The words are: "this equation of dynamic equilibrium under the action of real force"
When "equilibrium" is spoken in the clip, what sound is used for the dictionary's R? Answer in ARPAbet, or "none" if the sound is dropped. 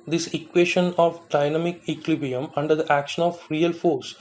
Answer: none